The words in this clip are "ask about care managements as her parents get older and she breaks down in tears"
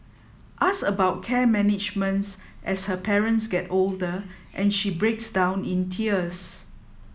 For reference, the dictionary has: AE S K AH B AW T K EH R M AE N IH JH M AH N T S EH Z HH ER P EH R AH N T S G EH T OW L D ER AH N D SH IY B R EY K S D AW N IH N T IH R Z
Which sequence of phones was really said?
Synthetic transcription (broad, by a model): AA S AH B AW T K EH M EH N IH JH M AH N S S EH S HH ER P EH R AH N T S G EH T OW L D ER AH N SH IY B R EY K S D AW N IH N T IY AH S